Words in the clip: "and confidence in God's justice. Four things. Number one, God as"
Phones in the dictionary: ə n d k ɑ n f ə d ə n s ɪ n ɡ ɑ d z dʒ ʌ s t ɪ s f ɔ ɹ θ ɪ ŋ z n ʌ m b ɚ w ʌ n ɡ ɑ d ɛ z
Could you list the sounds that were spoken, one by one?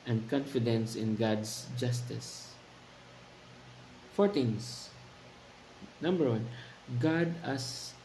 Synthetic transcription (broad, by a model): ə n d k ɑ n f ə d ə n s ɪ n ɡ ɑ d s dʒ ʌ s t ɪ s f ɔ ɹ t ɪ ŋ s n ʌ m b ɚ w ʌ n ɡ ɑ d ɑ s